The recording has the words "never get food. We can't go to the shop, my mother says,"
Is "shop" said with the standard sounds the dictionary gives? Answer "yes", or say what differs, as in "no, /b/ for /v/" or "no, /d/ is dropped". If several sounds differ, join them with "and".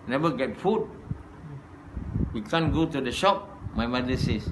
yes